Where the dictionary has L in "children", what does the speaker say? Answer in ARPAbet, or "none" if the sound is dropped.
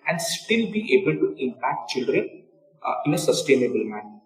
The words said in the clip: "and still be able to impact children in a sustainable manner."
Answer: L